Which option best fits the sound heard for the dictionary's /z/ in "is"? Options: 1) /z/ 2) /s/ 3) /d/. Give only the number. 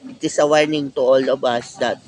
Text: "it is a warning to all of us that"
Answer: 2